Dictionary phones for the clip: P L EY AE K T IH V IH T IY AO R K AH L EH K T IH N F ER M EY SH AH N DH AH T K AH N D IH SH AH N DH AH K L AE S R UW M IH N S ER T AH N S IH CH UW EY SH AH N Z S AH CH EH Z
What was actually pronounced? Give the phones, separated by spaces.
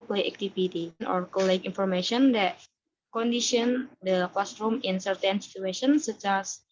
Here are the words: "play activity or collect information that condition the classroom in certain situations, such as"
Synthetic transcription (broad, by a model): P L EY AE K T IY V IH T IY AO R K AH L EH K IY N F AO M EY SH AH N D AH T K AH N D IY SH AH N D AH K L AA S R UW M IH N S ER T AH N S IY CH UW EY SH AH N S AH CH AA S